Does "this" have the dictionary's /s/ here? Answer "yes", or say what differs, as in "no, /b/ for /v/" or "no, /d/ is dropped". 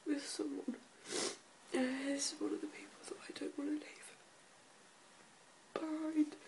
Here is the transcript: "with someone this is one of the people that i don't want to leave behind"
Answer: no, /s/ is dropped